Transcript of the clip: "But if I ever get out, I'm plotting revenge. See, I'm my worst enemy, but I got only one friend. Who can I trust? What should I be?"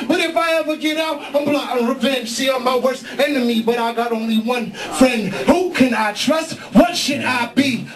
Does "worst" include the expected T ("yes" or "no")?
no